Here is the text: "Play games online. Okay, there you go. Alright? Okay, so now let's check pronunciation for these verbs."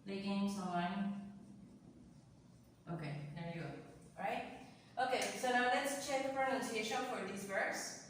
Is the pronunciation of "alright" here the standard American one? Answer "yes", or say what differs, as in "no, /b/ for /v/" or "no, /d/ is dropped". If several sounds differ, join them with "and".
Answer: no, /l/ is dropped